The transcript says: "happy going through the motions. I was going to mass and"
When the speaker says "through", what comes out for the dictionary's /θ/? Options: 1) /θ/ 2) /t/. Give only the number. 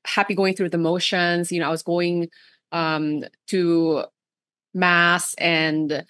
1